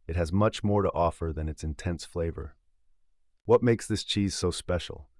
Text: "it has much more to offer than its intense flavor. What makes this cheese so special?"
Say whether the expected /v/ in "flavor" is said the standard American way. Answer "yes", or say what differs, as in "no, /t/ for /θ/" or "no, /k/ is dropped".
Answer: yes